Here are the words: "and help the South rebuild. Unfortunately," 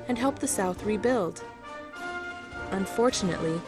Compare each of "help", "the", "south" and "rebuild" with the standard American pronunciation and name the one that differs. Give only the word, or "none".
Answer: none